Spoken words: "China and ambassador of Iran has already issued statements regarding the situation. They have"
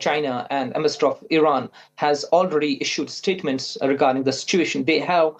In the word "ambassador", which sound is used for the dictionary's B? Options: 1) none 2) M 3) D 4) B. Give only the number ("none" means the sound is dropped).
1